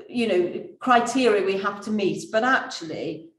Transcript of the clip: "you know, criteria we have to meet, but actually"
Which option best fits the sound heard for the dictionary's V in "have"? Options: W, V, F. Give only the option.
F